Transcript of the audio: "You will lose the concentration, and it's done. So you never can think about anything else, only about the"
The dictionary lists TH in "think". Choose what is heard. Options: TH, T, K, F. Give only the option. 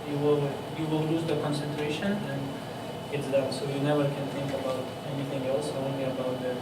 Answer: T